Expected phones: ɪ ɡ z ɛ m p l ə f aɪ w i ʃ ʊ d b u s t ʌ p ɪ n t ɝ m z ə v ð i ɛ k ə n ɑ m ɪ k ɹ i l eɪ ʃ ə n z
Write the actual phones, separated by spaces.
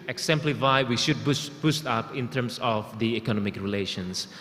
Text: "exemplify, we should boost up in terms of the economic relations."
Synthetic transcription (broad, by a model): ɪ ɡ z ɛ m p l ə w aɪ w i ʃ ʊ d b u s t ʌ p ɪ n t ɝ m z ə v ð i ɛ k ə n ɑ m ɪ k ɹ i l eɪ ʃ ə n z